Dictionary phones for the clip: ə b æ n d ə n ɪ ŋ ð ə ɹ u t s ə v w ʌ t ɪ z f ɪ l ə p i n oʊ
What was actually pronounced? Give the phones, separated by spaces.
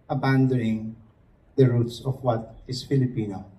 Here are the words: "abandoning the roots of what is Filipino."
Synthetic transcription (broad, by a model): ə b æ n d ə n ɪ ŋ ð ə ɹ u t s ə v w ʌ t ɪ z f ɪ l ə p i n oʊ